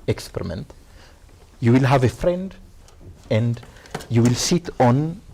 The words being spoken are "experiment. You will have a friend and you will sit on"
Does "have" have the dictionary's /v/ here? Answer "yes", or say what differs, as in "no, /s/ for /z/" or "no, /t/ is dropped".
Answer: yes